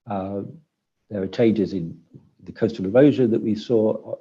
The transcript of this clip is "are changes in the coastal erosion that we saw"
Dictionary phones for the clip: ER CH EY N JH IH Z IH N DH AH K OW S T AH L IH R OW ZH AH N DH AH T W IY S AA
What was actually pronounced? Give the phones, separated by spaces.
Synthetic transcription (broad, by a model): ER CH EY N JH IH Z IH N DH AH K OW S T AH L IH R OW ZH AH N DH AH T W IY S AA